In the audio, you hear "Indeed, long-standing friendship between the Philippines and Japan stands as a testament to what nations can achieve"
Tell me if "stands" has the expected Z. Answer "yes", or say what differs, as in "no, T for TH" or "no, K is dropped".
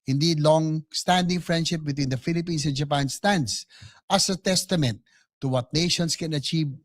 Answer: no, S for Z